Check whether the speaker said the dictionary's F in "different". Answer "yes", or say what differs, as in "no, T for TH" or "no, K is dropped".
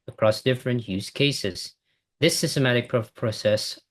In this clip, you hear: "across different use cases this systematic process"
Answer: yes